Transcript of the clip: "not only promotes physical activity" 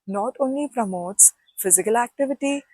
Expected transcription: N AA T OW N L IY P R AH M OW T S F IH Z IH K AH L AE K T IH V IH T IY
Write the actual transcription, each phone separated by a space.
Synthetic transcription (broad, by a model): N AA T OW N L IY P R AH M OW T S F IH Z IH K AH L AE K T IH V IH T IY